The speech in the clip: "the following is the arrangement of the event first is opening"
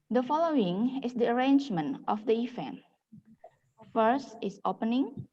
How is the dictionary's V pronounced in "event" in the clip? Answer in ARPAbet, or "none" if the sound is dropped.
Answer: F